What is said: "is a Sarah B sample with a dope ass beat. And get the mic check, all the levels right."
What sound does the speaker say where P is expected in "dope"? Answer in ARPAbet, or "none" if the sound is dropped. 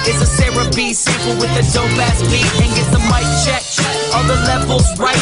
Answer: B